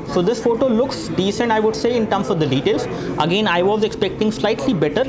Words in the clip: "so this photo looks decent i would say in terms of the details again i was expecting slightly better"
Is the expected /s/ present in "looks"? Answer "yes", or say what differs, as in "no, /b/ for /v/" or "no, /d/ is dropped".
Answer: yes